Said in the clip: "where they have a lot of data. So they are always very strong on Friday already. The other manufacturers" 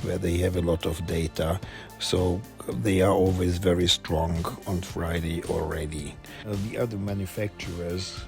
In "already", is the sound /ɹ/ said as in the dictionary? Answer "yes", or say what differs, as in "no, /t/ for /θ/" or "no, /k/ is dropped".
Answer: yes